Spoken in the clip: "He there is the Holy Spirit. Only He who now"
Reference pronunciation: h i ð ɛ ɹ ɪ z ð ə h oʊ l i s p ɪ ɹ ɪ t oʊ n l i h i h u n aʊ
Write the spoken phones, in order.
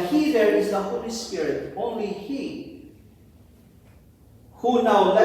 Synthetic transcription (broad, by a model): h i ð ɛ ɹ ɪ z ð ə h oʊ l i s p ɪ ɹ ɪ t oʊ n l i h i h u n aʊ